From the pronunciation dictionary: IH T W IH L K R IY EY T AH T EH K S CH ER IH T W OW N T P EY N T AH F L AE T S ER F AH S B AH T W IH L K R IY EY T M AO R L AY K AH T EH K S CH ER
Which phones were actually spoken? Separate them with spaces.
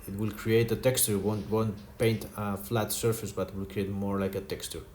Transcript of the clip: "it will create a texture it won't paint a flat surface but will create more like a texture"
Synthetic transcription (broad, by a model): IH T W IH L K R IY EY T AH T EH K S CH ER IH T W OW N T P EY N T AH F L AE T S ER F AH S B AH T W IH L K R IY EY T M AO R L AY K AH T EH K S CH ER